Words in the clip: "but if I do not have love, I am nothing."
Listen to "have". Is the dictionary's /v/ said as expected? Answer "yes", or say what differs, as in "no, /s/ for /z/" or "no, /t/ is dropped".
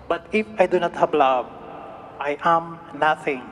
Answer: no, /b/ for /v/